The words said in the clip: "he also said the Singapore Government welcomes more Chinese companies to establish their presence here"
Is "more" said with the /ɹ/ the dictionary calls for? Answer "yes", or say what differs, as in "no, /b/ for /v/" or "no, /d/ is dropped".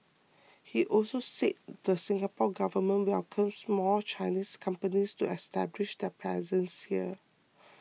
no, /l/ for /ɹ/